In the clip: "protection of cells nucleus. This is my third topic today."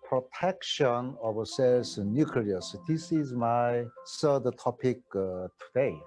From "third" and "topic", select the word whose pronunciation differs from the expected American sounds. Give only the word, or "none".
third